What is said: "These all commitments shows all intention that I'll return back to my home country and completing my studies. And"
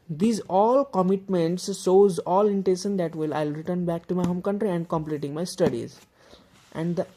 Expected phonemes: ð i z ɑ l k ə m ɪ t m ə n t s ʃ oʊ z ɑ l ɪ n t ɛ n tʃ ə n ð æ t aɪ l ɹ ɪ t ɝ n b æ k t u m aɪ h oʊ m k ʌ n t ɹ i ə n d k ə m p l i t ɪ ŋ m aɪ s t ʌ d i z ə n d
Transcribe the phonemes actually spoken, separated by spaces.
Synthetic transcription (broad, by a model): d i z ɑ l k ə m ɪ t m ə n t s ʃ oʊ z ɑ l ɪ n t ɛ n ʃ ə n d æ t aɪ l ɹ ɪ t ɝ n b æ k t u m aɪ h oʊ m k ʌ n t ɹ i ə n d k ə m p l i t ɪ ŋ m aɪ s t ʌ d i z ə n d